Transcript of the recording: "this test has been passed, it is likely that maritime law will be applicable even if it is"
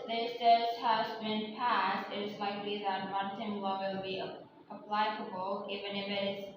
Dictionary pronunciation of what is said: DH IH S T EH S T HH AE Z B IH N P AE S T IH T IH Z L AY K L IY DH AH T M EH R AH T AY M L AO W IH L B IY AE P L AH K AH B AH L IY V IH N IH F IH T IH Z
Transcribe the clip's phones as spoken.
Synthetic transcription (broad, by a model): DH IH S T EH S HH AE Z B IH N P AE S T IH T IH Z L AY K L IY DH AH T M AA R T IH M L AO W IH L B IY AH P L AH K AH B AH L IY V IH N IH F IH T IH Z